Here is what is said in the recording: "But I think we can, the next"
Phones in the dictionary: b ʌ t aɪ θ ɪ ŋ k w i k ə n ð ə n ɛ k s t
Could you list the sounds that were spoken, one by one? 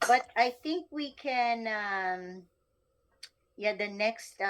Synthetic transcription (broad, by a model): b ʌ t aɪ θ ɪ ŋ k w i k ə n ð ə n ɛ k s t